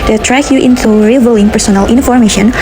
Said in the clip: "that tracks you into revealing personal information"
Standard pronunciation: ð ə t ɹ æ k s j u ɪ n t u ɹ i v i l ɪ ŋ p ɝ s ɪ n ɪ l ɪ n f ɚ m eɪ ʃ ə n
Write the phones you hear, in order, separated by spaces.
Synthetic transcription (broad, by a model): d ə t ɹ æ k j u ɪ n t u ɹ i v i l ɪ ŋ p ɝ s ɪ n ɪ l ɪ n f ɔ m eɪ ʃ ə n